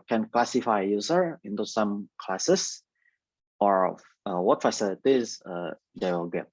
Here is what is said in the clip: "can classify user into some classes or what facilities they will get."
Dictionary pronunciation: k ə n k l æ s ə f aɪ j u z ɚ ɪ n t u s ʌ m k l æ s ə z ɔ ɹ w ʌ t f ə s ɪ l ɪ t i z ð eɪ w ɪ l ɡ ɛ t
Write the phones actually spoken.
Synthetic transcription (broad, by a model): k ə n k l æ s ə f aɪ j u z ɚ ɪ n t u s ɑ m k l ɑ s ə s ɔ ɹ w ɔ t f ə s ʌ ɪ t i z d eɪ w ɪ l ɡ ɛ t